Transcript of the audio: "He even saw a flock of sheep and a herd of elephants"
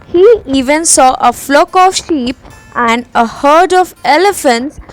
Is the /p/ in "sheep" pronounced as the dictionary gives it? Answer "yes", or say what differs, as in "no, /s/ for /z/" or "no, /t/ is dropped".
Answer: yes